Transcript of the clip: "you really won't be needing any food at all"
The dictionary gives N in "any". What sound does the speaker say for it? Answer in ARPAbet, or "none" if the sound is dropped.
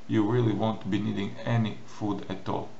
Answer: N